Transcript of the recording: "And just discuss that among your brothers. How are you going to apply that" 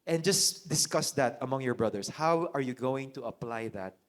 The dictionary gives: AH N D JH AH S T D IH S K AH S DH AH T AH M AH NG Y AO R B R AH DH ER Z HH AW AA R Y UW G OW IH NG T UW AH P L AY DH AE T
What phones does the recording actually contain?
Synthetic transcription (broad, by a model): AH N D JH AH S D IH S K AH S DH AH T AH M AH NG Y AO R B R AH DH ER S HH AW AA R Y UW G OW IH NG T UW AH P L AY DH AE T